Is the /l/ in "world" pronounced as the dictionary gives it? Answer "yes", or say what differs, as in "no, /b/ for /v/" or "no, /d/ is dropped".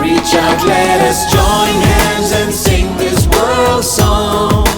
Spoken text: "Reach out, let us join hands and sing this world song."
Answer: yes